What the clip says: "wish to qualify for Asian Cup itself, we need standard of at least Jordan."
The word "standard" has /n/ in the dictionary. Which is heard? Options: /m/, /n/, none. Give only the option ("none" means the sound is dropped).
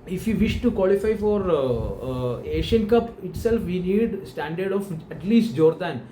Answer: /n/